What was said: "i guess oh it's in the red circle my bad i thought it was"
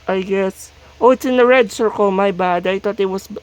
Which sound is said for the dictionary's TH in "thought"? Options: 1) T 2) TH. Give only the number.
1